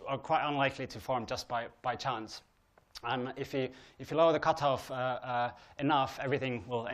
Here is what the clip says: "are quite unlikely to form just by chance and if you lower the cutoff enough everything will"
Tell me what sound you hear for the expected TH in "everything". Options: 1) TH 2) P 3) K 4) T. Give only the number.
1